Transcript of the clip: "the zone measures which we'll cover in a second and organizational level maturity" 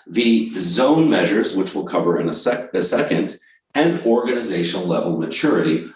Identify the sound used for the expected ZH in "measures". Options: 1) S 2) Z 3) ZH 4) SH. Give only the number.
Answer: 3